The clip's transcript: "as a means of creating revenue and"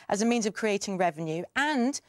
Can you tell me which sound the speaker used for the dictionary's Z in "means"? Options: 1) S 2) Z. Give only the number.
2